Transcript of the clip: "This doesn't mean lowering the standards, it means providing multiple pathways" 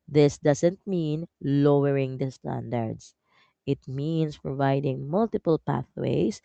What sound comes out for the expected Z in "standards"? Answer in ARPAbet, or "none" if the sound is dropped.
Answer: S